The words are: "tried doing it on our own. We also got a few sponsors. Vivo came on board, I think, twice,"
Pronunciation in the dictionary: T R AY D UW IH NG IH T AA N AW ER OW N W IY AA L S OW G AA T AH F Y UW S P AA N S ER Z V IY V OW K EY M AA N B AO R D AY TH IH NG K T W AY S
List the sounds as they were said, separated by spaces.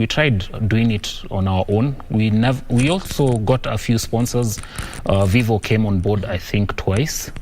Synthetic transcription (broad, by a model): T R AY D UW IH NG IH T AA N AW ER OW N W IY AA L S OW G AA T AH F Y UW S P AA N S ER Z V IY V OW K EY M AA N B AO R D AY TH IH NG K T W AY S